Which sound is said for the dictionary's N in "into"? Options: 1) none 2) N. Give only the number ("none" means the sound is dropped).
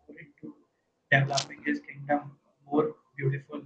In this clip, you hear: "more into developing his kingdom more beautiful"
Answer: 1